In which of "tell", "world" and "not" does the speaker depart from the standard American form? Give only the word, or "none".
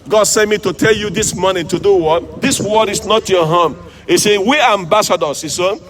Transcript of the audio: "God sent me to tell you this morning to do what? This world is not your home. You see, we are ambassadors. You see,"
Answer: world